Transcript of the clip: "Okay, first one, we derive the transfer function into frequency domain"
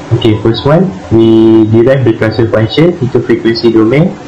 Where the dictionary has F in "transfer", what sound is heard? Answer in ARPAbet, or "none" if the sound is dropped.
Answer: none